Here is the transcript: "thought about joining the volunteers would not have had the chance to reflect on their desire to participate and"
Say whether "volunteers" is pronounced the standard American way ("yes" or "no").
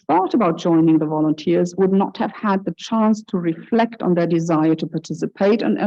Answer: yes